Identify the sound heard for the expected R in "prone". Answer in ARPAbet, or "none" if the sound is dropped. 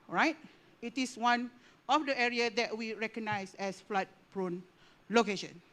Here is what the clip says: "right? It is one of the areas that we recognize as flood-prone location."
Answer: R